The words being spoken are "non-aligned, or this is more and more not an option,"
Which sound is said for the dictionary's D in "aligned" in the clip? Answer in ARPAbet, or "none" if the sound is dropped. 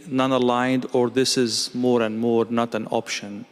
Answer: D